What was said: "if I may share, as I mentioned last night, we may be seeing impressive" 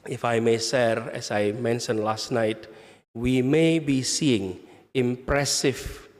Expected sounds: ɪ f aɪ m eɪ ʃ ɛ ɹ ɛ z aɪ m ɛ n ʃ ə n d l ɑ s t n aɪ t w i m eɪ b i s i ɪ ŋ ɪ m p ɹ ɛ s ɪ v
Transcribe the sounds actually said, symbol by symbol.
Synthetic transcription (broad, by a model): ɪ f aɪ m eɪ s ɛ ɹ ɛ s aɪ m ɛ n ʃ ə n l ɑ s t n aɪ t w i m eɪ b i s i ɪ ŋ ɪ m p ɹ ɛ s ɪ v